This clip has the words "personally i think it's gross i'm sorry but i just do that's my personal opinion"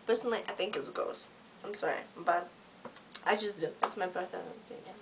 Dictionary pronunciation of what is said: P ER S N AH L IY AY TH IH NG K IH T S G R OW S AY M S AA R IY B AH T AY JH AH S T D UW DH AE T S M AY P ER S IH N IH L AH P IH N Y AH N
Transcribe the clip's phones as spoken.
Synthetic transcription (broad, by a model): P ER S N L IY AY TH IH NG K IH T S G OW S AY M S AA R IY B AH T AY JH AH S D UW DH AE T S M AY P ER TH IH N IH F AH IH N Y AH